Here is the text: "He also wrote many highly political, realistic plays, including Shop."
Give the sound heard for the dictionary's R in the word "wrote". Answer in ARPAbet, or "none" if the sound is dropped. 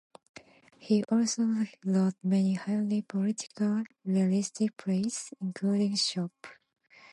L